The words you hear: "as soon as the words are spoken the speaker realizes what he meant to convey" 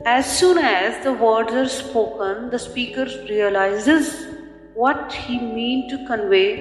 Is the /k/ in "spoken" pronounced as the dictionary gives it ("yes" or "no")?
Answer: yes